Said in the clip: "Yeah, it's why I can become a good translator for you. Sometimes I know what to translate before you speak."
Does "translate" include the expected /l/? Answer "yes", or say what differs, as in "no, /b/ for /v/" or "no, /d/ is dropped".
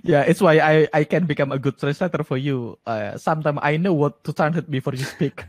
no, /l/ is dropped